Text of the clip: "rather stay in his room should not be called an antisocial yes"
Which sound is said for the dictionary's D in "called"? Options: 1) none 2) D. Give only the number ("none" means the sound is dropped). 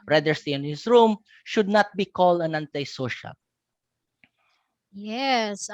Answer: 2